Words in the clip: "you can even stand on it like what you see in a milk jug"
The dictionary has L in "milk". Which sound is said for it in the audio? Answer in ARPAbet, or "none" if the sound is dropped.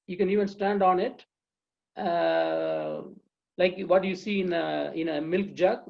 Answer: L